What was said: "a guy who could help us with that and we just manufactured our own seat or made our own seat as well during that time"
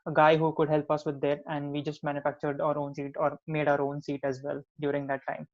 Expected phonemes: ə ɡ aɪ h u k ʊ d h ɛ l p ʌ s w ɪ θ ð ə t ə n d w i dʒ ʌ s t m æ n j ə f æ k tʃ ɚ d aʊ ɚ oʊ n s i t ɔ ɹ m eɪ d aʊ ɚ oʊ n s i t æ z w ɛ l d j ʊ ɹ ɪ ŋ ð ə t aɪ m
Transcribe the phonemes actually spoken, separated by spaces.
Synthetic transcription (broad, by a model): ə ɡ aɪ h u k ʊ d h ɛ l p ʌ s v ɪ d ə t ə n d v i dʒ ʌ s t m æ n j ə f æ k tʃ ɚ d aʊ ɚ oʊ n s i t ɔ ɹ m eɪ d aʊ ɚ oʊ n s i t æ z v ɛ l d j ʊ ɹ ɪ ŋ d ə t aɪ m